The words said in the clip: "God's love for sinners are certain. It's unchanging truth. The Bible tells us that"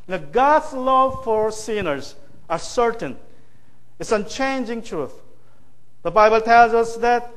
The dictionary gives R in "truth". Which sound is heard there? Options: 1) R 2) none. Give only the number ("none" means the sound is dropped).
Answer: 1